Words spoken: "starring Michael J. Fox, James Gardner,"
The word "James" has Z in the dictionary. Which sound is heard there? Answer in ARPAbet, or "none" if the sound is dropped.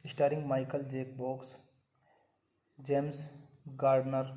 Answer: S